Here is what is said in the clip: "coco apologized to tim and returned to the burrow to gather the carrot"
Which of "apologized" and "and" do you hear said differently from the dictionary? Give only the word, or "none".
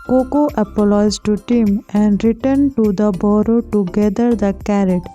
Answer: apologized